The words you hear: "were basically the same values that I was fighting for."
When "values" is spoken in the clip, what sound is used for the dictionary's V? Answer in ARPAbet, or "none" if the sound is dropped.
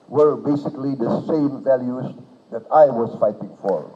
V